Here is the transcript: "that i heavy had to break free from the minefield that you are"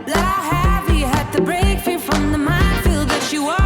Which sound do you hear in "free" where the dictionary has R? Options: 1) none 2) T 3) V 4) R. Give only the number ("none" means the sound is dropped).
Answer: 1